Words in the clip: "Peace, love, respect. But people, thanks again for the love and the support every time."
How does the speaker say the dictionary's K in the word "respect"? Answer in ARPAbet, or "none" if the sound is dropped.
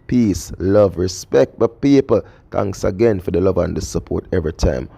K